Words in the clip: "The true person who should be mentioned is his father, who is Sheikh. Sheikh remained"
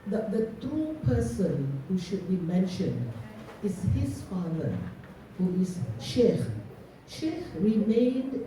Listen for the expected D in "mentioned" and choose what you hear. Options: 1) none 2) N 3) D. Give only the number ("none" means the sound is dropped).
3